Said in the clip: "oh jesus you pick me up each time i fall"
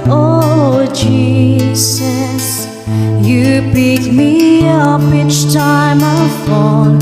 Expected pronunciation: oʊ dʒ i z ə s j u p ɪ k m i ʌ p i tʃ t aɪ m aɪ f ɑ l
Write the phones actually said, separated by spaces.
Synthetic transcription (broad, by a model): oʊ dʒ i z ə s j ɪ b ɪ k m i ʌ p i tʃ t aɪ m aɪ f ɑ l